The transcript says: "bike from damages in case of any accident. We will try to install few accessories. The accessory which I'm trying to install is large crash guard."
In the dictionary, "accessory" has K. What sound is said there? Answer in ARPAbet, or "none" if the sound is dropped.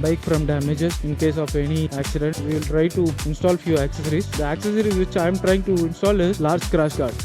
K